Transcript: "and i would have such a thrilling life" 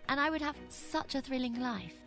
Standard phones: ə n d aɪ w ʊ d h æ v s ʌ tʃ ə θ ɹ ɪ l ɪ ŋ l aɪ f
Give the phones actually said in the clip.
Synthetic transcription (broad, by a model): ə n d aɪ w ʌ d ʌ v s ʌ tʃ ə θ ɹ ɪ l ɪ ŋ l aɪ f